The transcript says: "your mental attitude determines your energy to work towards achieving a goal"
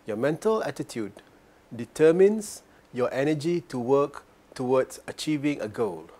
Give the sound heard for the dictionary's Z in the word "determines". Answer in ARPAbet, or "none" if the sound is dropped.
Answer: S